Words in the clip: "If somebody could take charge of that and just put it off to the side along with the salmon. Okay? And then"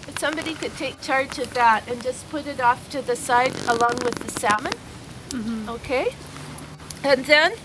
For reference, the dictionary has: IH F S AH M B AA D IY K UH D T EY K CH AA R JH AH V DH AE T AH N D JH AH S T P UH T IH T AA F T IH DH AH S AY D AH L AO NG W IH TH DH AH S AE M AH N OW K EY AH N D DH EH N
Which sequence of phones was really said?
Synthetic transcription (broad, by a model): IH S AH M B AA D IY K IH D T EY K CH AA R JH AH V DH AE T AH N JH AH S P UH T IH T AA F T IH DH AH S AY D AH L AO NG W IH DH AH S AE M AH N OW K EY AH N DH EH N